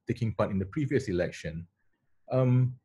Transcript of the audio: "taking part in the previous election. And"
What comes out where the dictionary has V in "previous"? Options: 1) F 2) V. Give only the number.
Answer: 2